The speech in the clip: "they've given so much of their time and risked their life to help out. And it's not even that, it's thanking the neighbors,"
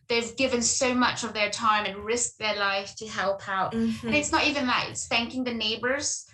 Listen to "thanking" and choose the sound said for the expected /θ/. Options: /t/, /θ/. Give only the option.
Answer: /θ/